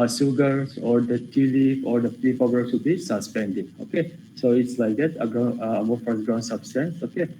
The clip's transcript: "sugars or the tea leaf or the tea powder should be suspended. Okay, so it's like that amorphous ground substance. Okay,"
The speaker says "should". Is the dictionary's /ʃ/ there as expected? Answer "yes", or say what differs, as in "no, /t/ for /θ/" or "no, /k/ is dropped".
no, /s/ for /ʃ/